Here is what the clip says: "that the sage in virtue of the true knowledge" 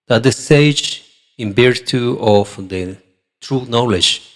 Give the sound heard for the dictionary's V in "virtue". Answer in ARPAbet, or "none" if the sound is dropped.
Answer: B